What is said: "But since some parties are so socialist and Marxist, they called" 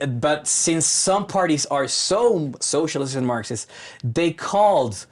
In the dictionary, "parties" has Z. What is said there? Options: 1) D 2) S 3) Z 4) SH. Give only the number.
3